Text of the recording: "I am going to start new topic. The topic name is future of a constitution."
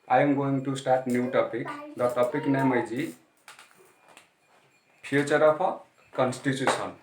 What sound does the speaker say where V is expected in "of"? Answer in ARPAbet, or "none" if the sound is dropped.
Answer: P